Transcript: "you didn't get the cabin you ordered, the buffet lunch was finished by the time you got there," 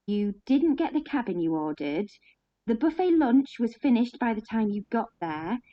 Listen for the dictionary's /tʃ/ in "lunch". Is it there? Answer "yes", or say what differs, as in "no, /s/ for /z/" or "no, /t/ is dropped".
yes